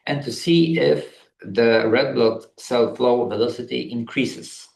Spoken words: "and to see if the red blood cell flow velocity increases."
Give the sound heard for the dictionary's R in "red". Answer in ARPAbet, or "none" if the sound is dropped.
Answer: R